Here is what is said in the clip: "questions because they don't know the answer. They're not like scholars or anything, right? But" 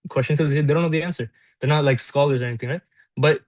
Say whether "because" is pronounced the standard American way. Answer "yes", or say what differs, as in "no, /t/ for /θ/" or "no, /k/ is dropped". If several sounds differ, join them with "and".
no, /k/ is dropped